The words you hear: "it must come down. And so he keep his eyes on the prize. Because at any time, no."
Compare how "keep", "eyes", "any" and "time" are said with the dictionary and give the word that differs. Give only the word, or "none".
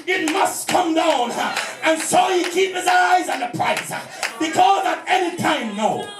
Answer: none